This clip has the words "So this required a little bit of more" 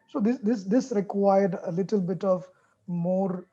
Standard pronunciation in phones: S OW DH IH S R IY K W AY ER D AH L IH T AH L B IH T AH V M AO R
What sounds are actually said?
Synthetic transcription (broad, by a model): S OW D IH S R IY K W AY ER D AH L IH T AH L B IH T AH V M AO R